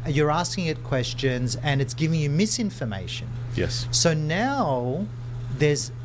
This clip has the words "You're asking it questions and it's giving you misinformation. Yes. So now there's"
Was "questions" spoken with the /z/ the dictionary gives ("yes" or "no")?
yes